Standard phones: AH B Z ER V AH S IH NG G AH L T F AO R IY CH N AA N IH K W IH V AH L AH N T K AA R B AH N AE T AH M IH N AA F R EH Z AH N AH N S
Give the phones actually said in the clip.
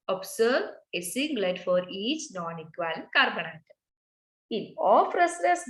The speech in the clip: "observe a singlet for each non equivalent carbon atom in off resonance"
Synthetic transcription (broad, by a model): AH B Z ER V AH S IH NG G L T F AO R IY CH N AA N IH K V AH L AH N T K AA R B AH N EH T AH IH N AA F R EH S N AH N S